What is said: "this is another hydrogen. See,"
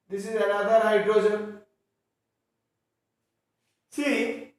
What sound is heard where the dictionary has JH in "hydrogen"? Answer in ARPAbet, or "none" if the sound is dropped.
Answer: Z